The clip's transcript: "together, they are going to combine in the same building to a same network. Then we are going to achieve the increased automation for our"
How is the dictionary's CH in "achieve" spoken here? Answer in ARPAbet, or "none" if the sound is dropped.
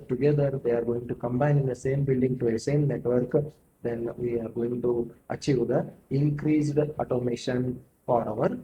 CH